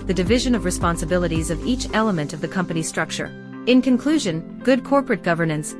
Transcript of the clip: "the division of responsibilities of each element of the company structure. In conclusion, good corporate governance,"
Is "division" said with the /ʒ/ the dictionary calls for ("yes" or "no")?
yes